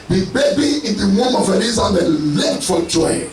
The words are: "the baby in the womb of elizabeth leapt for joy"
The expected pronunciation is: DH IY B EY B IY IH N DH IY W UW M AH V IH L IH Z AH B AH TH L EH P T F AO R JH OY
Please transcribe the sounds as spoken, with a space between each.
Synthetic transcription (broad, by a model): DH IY B EY B IY IH N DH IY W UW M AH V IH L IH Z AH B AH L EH T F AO L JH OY